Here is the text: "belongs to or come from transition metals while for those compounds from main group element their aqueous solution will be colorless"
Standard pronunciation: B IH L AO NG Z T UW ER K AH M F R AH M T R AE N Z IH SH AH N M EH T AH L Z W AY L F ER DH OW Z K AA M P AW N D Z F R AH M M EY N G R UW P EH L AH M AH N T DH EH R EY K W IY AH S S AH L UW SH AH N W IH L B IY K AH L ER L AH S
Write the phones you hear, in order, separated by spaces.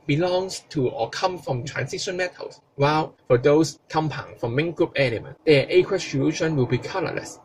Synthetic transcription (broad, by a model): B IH L AO NG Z T UW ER K AH M F R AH M T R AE N S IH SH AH N M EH T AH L S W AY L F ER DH OW S K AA M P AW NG F R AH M M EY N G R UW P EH N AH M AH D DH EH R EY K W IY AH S S AH L UW SH AH N W IH L B IY K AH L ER L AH S